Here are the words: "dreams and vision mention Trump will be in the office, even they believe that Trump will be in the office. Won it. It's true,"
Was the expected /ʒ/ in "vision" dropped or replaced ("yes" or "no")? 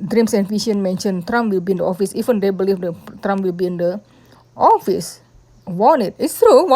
yes